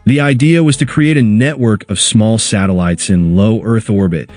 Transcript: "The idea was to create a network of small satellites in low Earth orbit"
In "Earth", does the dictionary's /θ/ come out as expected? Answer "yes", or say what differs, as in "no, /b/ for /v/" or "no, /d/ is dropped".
yes